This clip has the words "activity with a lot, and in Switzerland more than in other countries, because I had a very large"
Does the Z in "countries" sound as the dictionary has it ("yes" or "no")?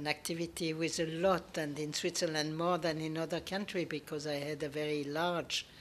no